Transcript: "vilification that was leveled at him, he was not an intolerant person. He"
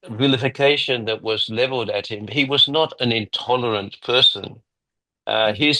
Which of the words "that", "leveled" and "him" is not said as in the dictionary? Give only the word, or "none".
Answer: none